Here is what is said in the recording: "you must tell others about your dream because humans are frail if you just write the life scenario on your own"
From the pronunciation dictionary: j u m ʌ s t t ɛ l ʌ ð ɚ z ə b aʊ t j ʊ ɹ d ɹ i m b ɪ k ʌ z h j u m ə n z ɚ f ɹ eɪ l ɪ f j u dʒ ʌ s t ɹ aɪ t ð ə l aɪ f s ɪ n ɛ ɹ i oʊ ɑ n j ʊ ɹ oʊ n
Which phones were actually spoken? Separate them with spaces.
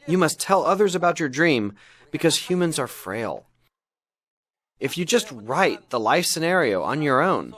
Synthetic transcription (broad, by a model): j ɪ m ʌ s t t ɛ l ʌ ð ɚ z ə b aʊ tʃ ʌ ɹ d ɹ i m b ɪ k ʌ z h j u m ə n z ɚ f ɹ eɪ l ɪ f j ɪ dʒ ʌ s t ɹ aɪ t ð ə l aɪ f s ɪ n ɛ ɹ i oʊ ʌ n j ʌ ɹ oʊ n